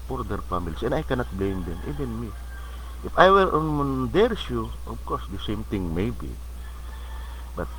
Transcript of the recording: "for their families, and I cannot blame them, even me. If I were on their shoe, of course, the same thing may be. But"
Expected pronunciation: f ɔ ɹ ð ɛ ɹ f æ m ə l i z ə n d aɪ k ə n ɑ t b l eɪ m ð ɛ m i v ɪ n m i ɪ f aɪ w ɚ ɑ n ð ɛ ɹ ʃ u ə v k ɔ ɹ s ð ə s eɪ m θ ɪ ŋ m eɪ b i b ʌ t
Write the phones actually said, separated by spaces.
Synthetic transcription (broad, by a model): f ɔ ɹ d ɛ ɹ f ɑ m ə l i s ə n aɪ k ə n ɑ t b l eɪ m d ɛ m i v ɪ n m i ɪ f aɪ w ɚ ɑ n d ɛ ɹ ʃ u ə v k ɔ ɹ s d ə s eɪ m t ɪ ŋ m eɪ b i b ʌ t